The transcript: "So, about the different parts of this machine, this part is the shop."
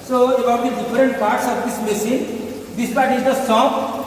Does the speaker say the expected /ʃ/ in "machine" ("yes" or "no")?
no